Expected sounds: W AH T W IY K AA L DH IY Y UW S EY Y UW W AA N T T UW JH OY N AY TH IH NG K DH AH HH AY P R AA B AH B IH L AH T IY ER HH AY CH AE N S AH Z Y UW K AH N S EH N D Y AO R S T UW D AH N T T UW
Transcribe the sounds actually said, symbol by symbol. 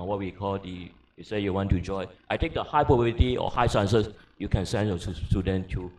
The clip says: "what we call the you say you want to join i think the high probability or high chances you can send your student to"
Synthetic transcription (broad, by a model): W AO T W IY K AA L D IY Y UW S EY Y UW W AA N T T UW JH OY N AY T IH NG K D AH HH AY P R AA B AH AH T IY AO HH AY S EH N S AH S Y UW K AH N S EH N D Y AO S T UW D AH N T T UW